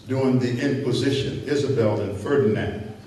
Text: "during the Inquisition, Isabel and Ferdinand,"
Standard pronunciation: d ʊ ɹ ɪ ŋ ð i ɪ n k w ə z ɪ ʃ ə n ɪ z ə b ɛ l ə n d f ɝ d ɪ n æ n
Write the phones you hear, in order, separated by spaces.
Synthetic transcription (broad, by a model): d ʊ ɪ ŋ ð i ɪ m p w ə z ɪ ʃ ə n ɪ z ə b ɛ l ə n f ɝ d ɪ n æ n